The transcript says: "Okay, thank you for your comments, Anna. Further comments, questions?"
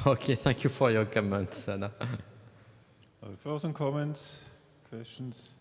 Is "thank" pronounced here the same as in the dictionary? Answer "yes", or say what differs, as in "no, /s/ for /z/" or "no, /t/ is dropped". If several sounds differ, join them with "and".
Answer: yes